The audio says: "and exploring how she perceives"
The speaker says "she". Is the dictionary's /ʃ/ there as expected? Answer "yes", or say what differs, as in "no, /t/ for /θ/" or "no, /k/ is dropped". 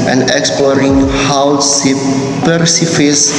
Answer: no, /s/ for /ʃ/